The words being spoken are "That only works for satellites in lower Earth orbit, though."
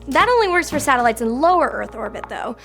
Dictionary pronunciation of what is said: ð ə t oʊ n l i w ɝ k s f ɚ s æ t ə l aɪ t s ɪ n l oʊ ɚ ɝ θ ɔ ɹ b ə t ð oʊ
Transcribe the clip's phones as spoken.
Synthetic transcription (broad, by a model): ð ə t oʊ n l i w ɝ k s f ɚ s æ t ə l aɪ t s ɪ n l oʊ ɚ ɝ θ ɔ ɹ b ə t ð oʊ